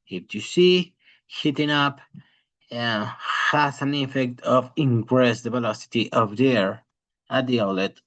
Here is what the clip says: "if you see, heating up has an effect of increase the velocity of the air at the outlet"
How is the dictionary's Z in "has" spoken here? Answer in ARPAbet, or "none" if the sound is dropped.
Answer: S